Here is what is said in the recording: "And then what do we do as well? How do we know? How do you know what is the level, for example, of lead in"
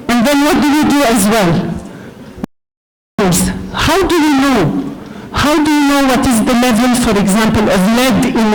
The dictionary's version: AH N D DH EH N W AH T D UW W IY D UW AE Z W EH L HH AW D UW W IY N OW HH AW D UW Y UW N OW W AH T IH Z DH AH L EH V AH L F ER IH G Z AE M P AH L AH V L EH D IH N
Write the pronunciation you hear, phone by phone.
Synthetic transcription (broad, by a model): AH N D DH EH N W AH T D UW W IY D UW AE Z W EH L HH AW D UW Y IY N OW HH AW D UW Y UW N OW W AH T IH Z DH AH L EH V AH L F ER IH G Z AE M P AH L AH V L EH D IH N